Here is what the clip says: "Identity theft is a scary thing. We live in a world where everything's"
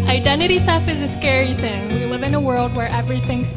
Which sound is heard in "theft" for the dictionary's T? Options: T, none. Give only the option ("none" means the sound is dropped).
none